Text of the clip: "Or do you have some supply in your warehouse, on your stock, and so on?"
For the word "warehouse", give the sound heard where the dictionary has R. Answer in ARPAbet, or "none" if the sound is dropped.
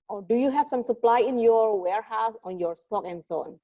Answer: R